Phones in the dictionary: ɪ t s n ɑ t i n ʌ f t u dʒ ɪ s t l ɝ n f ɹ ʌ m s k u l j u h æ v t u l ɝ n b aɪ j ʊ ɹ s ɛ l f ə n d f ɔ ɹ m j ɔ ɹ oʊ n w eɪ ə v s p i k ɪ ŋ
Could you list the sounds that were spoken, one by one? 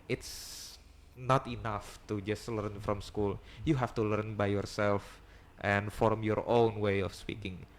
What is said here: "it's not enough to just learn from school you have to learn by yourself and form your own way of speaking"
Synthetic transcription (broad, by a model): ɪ t s n ɑ t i n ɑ f t u dʒ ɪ s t l ɝ n f ɹ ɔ m s k u l j u h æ f t u l ɝ n b aɪ j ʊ ɹ s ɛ l f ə n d f ɔ ɹ m j ɔ ɹ oʊ n w eɪ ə f s p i k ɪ ŋ